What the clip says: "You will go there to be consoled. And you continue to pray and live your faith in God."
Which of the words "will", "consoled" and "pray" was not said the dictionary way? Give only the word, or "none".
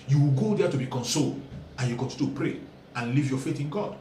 none